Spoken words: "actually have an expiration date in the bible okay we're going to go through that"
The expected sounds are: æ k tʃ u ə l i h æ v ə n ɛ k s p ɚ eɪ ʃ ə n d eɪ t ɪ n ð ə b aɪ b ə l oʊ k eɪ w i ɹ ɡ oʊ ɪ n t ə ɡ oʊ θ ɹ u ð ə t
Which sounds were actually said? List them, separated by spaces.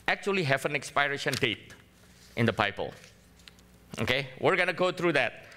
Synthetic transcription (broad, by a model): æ k tʃ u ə l i h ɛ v ə n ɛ k s p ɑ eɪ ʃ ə n d eɪ t ɪ n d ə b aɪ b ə l oʊ k eɪ w i ɹ ɡ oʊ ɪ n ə ɡ oʊ t ɹ u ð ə t